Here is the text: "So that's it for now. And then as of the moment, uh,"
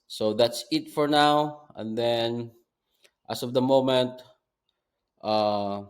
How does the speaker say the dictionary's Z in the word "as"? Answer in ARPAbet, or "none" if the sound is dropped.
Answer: S